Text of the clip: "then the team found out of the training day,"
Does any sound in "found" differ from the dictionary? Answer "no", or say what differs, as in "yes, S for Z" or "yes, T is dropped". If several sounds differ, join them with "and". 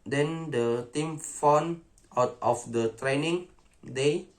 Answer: yes, D is dropped